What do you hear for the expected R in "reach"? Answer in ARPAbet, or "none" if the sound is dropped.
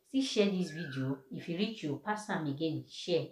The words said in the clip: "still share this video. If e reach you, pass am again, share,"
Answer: R